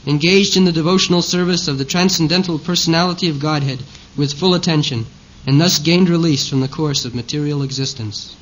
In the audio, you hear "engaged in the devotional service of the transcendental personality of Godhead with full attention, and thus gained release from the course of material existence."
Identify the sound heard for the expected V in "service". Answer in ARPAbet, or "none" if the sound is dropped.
V